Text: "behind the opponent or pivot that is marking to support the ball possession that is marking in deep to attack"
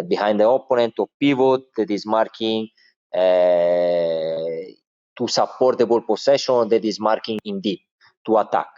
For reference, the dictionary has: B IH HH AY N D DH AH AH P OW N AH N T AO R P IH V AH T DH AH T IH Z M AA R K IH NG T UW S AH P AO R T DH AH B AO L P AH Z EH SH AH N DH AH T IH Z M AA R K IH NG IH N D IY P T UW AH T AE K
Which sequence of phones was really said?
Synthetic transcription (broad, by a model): B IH HH AY N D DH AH AH P OW N AH N T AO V P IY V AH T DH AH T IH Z M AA R K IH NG T UW S AH P AO R T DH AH B AO L P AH S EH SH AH N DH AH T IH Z M AA R K IH NG IH N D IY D T UW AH T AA K